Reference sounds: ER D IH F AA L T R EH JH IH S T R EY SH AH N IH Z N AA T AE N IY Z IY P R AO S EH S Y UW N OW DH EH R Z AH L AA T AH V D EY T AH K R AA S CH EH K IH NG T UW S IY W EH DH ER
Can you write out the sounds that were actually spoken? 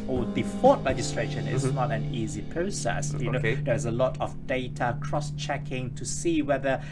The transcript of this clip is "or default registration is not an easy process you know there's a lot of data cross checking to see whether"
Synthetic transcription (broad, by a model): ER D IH F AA T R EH JH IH S T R EY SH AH N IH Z N AA T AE N IY Z IY P R AO S EH S Y UW N OW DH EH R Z AH L AA T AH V D EY T AH K R AA S CH EH K IH NG T UW S IY W EH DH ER